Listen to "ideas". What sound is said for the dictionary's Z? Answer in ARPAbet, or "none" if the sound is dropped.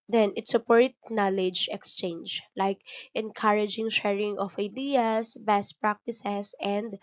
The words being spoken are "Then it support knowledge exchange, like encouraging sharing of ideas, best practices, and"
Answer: S